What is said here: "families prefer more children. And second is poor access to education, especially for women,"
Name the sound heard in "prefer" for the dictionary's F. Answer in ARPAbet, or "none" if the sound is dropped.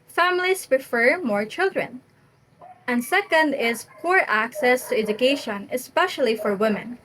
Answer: F